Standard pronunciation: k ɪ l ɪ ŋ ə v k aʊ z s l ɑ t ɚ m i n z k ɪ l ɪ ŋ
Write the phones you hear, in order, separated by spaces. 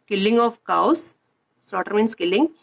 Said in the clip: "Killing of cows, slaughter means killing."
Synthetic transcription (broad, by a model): k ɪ l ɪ ŋ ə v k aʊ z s ɑ t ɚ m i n s k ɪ l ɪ ŋ